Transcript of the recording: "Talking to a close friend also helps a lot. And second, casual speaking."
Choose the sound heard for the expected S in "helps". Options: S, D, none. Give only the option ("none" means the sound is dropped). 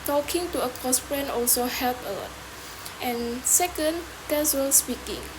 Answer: none